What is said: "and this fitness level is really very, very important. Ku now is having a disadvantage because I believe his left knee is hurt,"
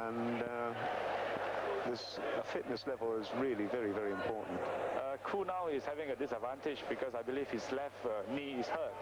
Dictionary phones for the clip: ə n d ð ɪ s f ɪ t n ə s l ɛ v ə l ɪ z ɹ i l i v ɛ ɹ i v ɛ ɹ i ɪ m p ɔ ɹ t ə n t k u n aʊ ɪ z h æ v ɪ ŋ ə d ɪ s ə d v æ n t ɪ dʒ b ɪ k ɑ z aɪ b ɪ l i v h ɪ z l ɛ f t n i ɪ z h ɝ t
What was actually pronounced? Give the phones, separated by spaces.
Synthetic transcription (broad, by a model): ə n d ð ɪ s f ɪ t n ə s l ɛ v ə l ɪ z ɹ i l i v ɛ ɹ i v ɛ ɹ i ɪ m p ɔ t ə n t k u n aʊ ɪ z h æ v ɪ ŋ ə d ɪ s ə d v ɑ n t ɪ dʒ b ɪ k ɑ s aɪ b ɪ l i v h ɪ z l ɛ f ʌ n i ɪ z h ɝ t